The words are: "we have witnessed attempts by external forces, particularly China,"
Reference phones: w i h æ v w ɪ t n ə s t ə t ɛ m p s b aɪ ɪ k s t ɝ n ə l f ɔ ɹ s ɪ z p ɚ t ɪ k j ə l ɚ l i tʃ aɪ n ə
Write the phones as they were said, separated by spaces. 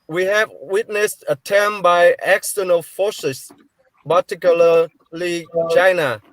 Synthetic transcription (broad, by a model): w i h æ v w ɪ t n ə s t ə t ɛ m b aɪ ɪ k s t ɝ n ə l f ɔ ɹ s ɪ s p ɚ t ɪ k j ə l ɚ l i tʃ aɪ n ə